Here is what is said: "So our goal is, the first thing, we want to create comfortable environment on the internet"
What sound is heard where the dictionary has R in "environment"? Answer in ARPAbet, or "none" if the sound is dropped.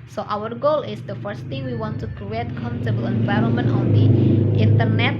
R